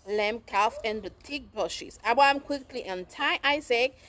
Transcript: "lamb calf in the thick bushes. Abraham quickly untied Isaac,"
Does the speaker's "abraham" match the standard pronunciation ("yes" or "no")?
no